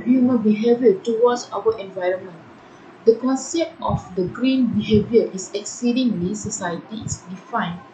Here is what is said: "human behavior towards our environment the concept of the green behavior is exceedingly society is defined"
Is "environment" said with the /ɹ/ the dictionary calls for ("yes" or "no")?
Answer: yes